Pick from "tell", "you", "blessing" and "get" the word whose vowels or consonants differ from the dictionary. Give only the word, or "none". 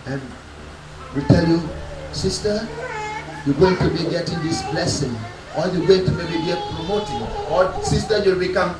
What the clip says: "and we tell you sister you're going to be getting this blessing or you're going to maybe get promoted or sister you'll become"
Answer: none